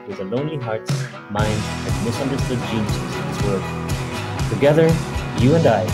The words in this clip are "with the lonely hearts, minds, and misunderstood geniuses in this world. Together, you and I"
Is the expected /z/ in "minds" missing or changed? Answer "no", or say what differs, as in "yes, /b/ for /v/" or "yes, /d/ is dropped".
yes, /z/ is dropped